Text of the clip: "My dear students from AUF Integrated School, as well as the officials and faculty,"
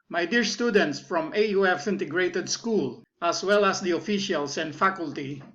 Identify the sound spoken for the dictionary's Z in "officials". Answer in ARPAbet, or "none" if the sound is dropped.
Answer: S